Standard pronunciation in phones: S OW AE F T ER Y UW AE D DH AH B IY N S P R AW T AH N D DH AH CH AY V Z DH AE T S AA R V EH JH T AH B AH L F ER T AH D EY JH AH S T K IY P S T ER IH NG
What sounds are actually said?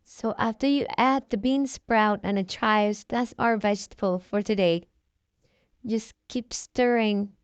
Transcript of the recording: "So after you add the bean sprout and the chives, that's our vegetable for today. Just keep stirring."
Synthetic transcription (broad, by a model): S OW AE F T ER Y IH AE D DH AH B IY N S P R AW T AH N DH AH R AY Z DH AE T S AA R V EH JH T AH B AH L F ER T AH D EY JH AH S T K IY P S T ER IH NG